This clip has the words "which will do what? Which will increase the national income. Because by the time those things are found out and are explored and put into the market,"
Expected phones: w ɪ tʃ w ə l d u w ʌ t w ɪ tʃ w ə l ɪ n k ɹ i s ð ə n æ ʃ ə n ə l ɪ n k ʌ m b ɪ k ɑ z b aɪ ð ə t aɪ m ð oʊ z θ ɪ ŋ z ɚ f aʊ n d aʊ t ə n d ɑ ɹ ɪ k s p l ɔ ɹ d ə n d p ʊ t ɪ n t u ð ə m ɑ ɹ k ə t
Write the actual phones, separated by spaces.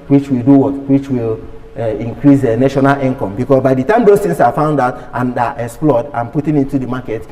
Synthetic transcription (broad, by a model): w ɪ tʃ w ə l d u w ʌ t w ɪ tʃ w ə l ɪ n k ɹ i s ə n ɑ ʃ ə n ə l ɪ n k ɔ m b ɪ k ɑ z b aɪ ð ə t aɪ m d oʊ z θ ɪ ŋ s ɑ f aʊ n d aʊ t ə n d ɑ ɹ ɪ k s p l ɔ d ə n p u t ɪ n t u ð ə m ɑ k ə t